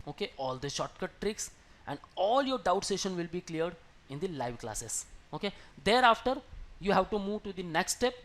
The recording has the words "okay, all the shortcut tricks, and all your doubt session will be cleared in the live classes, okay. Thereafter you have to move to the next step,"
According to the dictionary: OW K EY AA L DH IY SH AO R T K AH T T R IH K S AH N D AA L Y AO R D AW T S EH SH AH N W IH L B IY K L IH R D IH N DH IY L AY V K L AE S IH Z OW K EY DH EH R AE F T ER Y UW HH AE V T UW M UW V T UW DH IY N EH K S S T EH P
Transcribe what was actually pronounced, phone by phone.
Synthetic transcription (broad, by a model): OW K EY AA L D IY SH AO T K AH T T R IH K S AH N D AA L Y AO R D AW T S EH SH AH N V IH L B IY K L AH R D IH N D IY L AY V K L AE S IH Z OW K EY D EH R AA F T ER Y UW HH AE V T UW M UW V T UW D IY N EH K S S T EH P